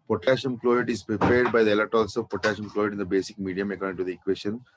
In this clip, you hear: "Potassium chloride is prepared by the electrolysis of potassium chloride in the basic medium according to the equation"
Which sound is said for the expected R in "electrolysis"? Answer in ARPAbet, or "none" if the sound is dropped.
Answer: none